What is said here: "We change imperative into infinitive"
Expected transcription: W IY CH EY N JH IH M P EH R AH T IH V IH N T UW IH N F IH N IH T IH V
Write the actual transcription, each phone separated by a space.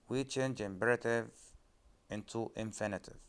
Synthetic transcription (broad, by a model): W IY CH EY N JH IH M B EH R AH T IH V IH N T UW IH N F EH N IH T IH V